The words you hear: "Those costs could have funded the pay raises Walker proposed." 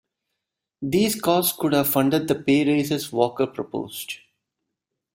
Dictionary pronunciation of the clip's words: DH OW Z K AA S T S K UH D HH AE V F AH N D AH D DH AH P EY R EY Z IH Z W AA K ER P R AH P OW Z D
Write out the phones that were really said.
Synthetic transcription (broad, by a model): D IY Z K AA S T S K UH D HH AE V F AH N D AH D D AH P EY R EY S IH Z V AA K ER P R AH P OW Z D